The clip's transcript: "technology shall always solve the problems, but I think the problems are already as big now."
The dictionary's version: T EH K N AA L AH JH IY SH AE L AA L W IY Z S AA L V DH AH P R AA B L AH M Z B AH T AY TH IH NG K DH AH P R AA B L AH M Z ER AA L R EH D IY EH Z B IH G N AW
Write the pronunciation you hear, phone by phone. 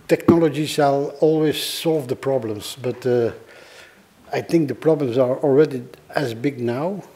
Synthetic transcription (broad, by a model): T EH K N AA L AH JH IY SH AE L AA L W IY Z S AA L V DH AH P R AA B L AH M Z B AH T AY TH IH NG K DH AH P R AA B L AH M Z ER AA L R EH D IY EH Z B IH G N AW